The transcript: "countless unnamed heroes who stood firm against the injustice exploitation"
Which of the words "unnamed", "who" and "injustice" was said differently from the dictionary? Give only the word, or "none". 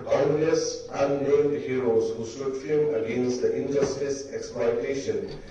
unnamed